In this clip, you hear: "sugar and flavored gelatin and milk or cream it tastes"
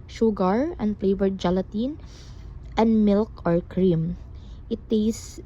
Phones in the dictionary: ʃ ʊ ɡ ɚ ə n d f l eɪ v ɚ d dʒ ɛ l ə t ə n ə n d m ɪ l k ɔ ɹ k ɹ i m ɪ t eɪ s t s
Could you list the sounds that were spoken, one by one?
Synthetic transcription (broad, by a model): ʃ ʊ ɡ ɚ ə n d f l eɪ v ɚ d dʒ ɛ l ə t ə n ə n d m ɪ l k ɔ ɹ k ɹ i m ɪ t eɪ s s